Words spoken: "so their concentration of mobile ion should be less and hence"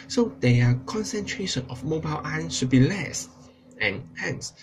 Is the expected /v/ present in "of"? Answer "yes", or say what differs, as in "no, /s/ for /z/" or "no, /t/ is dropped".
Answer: no, /f/ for /v/